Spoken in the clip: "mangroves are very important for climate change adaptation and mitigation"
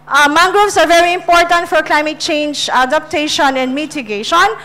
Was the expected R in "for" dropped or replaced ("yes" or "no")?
no